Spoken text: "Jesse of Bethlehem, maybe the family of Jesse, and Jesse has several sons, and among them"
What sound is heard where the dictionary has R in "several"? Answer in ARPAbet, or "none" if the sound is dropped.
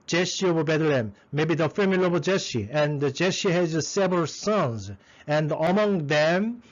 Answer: R